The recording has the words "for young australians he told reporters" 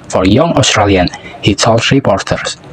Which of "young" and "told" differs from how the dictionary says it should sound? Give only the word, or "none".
told